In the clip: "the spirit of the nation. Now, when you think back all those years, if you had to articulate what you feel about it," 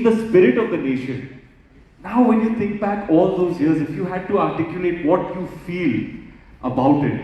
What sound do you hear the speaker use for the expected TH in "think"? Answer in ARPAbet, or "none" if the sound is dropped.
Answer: T